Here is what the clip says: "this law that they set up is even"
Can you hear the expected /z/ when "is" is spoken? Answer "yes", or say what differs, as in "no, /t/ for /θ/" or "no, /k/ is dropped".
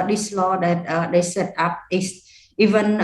no, /s/ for /z/